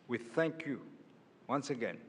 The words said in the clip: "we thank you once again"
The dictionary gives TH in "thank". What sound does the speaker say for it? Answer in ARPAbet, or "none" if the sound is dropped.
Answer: TH